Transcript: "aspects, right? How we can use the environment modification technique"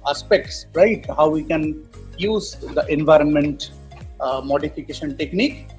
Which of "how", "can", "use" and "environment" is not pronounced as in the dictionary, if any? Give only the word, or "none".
none